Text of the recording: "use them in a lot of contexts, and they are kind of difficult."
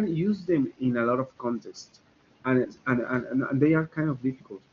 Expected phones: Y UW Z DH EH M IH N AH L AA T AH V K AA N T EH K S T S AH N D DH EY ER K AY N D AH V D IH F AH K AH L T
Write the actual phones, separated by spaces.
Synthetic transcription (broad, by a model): Y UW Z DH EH M IH N AH L AA T AH V K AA N T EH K S T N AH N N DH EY ER K AY N D AH V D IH F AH K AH L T